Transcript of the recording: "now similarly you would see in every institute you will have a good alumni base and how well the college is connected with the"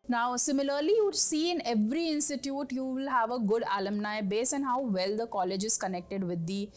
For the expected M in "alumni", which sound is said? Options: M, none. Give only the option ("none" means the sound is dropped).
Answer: M